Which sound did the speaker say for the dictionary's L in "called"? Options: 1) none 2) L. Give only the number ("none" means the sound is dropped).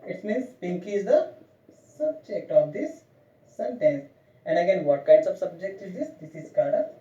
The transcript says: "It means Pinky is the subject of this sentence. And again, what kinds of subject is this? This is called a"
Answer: 1